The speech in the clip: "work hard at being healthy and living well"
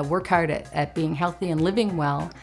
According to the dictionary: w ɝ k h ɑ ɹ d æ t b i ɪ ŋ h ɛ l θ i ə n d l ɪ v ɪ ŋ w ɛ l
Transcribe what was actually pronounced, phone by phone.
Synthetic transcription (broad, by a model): w ɝ k h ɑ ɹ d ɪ t b i ɪ ŋ h ɛ l θ i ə n l ɪ v ɪ ŋ w ɛ l